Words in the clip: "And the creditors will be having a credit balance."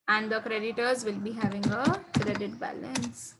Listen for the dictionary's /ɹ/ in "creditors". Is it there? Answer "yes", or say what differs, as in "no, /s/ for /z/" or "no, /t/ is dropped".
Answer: yes